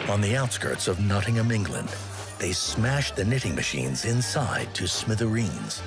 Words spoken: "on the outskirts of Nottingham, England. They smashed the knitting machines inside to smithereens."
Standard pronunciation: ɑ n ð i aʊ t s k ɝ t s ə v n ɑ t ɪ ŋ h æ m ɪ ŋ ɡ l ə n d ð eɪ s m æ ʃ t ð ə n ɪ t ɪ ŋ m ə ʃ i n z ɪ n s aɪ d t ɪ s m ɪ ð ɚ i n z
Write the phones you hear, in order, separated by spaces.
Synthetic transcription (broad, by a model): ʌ n ð i aʊ t s k ɝ t s ə v n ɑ t ɪ ŋ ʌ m ɪ ŋ ɡ l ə n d ð eɪ s m æ ʃ ð ə n ɪ t ɪ ŋ m ə ʃ i n z ɪ n s aɪ d t ɪ s m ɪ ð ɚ i n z